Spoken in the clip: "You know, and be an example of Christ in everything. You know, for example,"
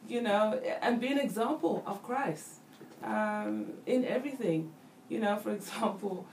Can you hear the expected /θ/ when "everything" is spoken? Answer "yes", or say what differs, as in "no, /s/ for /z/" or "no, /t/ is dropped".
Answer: yes